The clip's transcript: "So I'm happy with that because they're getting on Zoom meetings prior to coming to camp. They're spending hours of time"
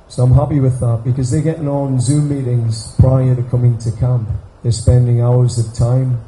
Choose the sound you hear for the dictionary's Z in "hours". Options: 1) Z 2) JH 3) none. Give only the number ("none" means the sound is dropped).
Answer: 1